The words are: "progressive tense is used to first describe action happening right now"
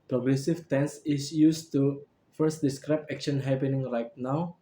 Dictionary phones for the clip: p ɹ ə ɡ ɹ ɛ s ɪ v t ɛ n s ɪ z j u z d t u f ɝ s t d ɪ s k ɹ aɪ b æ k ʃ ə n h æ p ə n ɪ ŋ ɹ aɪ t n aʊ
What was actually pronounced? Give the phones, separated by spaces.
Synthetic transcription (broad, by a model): p ɹ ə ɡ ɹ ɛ s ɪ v t ɛ n s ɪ s j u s t u f ɝ s t d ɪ s k ɹ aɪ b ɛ k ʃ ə n h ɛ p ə n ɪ ŋ ɹ aɪ t n aʊ